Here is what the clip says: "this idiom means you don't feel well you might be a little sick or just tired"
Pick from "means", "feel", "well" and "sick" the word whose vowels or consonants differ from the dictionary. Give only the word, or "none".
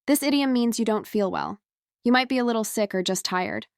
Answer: none